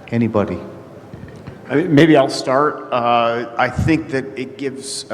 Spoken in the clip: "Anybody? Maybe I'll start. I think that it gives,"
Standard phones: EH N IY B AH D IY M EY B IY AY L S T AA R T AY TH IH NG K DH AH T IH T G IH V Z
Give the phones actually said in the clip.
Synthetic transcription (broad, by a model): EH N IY B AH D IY M EY B IY AY L S T AA R T AY TH IH NG K DH AH T IH T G IH V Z